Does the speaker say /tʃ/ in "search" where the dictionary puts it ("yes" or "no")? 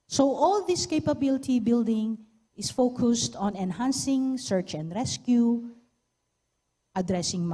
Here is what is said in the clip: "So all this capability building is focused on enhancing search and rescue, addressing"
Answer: yes